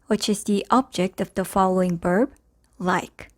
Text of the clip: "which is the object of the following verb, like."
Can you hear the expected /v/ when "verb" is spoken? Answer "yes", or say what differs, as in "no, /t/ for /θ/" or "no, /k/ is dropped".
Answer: no, /b/ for /v/